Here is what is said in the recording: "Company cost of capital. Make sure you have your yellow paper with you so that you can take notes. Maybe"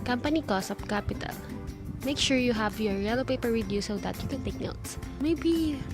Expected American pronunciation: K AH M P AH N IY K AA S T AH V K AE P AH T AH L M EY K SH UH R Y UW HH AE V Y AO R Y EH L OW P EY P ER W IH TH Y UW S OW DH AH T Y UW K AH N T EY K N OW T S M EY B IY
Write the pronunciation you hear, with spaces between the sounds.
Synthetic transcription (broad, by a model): K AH M P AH N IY K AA S AH P K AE P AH T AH L M EY K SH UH R Y UW HH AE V Y AO R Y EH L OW P EY P ER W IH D Y UW S OW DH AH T Y UW K AH N T EY K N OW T S M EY B IY